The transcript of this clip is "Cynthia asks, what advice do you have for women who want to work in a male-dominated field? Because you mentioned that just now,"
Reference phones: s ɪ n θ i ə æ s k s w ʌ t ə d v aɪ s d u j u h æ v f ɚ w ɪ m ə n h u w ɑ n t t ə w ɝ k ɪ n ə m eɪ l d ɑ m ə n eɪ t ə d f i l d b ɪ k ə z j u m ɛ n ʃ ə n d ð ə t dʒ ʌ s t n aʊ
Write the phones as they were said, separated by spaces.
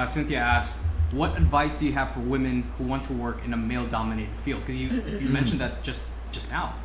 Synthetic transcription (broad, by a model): s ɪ n θ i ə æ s s w ʌ t ə d v aɪ s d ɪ j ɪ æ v f ɚ w ɪ m ə n h u w ɑ n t t ə w ɝ k ɪ n ə m eɪ l d ɑ m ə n eɪ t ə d f i l d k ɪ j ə j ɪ m ɛ n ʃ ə n ð ə t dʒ ʌ s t n aʊ